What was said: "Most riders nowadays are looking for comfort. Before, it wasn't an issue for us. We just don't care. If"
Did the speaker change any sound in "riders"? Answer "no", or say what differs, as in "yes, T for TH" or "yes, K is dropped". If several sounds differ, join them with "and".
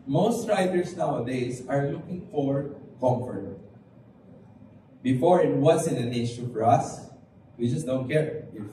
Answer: yes, S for Z